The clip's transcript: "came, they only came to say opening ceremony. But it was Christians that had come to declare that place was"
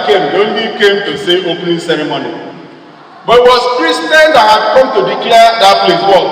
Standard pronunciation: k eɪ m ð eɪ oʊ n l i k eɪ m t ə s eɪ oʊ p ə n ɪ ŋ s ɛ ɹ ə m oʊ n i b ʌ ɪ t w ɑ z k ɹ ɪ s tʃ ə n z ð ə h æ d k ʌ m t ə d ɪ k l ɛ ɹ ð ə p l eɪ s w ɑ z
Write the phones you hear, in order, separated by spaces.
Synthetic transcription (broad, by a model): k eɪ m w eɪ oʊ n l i k eɪ m t ə s eɪ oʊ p n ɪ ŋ s ɛ ɹ ə m oʊ n i b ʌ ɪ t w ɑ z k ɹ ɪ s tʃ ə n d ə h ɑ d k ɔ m t ə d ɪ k i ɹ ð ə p l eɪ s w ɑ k